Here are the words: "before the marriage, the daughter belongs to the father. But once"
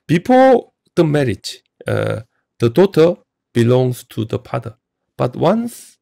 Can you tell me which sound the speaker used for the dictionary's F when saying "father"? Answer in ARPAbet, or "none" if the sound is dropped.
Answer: P